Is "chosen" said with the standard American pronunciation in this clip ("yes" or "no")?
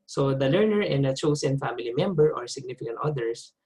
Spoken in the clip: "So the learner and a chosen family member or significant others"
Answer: no